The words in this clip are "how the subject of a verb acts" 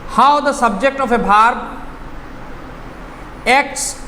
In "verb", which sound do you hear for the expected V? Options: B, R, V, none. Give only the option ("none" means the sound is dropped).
B